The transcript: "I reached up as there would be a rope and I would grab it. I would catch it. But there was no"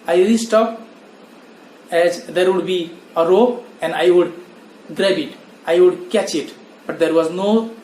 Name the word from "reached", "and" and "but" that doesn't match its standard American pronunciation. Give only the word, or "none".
reached